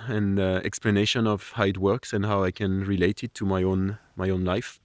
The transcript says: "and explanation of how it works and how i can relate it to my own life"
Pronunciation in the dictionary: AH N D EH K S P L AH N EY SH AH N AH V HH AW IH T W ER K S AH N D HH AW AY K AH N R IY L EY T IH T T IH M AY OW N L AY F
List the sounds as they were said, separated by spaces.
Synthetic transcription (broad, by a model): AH N EH K S P L AH N EY SH AH N AH V HH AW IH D W ER K S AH N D HH AW AY K AH N R IY L EY T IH T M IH M AY OW N L AY F